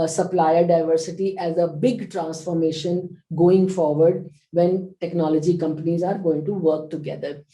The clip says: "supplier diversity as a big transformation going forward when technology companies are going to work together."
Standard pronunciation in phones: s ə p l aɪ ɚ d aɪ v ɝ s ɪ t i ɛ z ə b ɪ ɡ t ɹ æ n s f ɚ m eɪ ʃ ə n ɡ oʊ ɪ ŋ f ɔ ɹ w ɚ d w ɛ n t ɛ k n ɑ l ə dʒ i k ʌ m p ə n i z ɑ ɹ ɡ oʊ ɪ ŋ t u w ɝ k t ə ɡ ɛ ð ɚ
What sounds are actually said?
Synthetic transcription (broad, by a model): s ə p l aɪ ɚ d aɪ v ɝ s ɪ t i ɛ z ə b ɪ ɡ t ɹ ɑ n s f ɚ m eɪ ʃ ə n ɡ oʊ ɪ ŋ f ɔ ɹ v ɚ d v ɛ n t ɛ k n ɑ l ə dʒ i k ʌ m p ə n i z ɑ ɹ ɡ oʊ ɪ ŋ t u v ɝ k t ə ɡ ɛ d ɚ